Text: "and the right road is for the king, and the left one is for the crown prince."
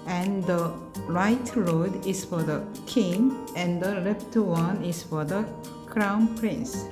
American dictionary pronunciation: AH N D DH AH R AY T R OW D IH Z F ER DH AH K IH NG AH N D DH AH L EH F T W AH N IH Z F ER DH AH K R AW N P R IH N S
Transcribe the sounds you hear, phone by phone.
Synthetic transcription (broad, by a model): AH N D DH AH R AY T R OW D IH S F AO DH AH K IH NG AH N D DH AH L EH P T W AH N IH S F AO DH AH K R AW N P R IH N S